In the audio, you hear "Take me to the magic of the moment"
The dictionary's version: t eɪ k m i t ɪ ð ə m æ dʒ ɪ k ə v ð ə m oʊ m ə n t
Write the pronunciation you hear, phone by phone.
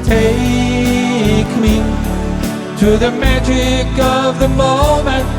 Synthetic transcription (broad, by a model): t eɪ k m i t ɪ ð ə m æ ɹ ɪ k ə v ð ə m oʊ m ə n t